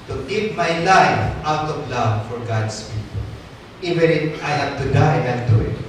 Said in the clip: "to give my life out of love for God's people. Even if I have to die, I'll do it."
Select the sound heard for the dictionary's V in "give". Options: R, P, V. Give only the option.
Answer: P